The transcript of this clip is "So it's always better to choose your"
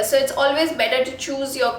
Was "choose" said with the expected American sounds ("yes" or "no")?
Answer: yes